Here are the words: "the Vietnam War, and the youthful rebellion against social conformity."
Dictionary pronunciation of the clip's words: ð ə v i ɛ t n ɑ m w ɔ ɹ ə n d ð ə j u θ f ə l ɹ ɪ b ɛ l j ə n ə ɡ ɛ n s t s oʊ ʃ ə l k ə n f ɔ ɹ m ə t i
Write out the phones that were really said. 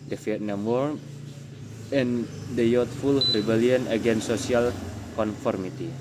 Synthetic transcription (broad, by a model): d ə f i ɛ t n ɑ m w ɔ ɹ ə n d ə j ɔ t f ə l ɹ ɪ b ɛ l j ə n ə ɡ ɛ n s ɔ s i ə l k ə n f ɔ ɹ m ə t i